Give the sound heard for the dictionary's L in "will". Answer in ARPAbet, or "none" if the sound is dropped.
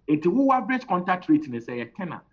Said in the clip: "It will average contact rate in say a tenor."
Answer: W